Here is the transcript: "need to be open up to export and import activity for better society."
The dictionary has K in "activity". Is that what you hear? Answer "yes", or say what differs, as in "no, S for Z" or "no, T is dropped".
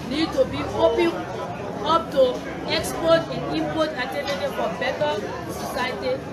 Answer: no, K is dropped